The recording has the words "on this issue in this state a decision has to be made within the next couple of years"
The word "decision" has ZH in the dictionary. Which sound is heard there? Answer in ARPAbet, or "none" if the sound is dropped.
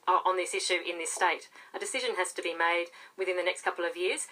ZH